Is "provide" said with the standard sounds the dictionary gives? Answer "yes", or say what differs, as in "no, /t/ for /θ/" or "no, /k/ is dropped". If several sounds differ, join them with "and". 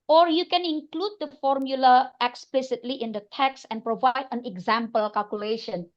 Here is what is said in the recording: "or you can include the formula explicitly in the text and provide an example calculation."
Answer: yes